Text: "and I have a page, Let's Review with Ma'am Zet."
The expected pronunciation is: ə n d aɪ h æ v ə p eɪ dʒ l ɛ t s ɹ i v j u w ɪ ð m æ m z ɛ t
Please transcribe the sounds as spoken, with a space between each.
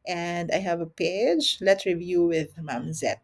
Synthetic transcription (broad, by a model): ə n d aɪ h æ v ə p eɪ dʒ l ɛ t s ɹ i v j u w ɪ ð m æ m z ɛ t